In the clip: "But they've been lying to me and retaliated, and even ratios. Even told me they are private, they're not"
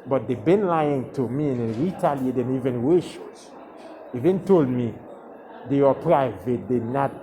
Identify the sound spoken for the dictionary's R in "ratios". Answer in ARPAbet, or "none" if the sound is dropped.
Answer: W